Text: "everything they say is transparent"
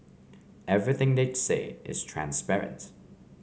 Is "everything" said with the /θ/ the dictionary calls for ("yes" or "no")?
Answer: yes